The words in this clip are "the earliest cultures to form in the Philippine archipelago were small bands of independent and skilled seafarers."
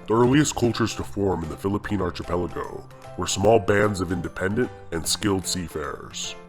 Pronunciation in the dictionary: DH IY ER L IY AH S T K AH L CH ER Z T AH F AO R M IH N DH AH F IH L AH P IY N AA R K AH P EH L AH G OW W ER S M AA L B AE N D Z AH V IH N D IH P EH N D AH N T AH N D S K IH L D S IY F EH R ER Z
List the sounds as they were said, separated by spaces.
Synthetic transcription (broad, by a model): DH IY ER L IY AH S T K AH L CH ER Z T AH F AO R M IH N DH AH F IH L AH P IY N AA R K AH P EH L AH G OW W ER S M AA L B AE N D Z AH V IH N D IH P EH N D AH N T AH N S K IH L D S IY F EH R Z